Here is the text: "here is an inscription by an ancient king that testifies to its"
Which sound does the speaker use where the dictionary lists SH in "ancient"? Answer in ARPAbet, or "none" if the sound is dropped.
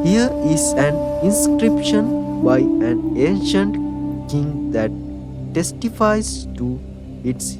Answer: SH